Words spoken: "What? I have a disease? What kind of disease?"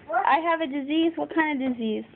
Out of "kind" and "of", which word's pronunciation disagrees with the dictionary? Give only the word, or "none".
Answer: none